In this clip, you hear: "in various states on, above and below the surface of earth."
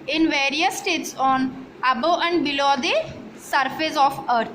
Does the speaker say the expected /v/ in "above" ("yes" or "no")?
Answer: no